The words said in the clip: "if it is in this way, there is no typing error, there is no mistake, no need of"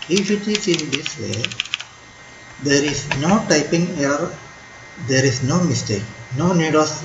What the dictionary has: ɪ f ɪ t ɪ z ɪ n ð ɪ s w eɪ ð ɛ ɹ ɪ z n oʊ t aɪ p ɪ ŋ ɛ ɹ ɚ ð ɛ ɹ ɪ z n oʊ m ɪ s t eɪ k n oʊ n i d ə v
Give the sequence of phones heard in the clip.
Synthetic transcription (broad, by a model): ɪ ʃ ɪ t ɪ s ɪ n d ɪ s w eɪ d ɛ ɹ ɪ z n oʊ t aɪ p ɪ ŋ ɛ ɚ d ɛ ɹ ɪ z n oʊ m ɪ s t eɪ k n oʊ n i d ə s